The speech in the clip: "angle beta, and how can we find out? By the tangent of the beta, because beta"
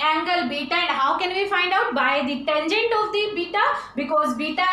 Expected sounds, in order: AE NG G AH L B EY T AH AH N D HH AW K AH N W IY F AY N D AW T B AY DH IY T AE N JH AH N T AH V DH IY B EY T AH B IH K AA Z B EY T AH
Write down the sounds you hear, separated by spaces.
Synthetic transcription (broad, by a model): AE NG G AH L B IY T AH AH N D HH AW K AH N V IY F AY N D AW T B AY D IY T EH N JH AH N T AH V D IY B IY T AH B IH K AA Z B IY T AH